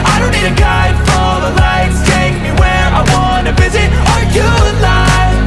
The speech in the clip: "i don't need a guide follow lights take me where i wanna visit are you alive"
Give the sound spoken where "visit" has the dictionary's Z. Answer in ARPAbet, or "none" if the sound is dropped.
Z